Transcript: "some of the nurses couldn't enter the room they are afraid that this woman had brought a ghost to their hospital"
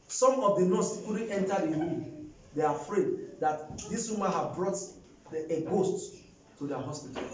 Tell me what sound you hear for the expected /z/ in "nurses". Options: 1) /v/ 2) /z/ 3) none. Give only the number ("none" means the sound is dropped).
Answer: 3